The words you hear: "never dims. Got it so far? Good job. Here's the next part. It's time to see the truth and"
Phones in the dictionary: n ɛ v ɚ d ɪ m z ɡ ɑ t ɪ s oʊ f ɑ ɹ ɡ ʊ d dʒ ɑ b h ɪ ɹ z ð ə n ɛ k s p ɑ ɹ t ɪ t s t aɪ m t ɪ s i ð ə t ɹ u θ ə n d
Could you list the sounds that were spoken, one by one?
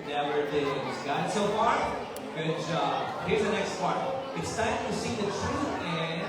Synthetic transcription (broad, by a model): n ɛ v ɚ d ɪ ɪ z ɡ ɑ ɪ s oʊ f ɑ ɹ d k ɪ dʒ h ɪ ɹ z ð ə n ɛ k s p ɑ ɹ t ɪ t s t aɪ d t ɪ s i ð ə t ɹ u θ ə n